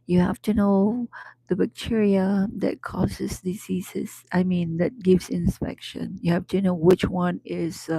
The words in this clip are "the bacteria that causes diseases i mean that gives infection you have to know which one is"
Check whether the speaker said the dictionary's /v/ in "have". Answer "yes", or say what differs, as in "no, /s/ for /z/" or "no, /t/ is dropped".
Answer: no, /f/ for /v/